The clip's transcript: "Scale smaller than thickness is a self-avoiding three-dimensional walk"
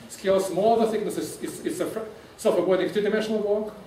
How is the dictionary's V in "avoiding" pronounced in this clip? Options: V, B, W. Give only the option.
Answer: W